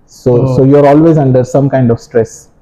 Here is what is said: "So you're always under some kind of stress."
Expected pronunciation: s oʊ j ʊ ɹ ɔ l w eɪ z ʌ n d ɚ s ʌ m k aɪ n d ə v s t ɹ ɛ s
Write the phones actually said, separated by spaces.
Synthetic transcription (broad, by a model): s oʊ j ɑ ɹ ɔ l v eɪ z ʌ n d ɚ s ʌ m k aɪ n d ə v s t ɹ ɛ s